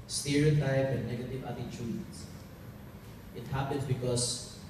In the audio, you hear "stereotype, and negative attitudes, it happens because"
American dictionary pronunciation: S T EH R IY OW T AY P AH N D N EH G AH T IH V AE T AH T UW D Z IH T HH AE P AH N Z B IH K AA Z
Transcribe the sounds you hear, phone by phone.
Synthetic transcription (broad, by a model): S T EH R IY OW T AY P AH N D N EH G AH T IH V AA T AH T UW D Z IH T HH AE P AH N S B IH K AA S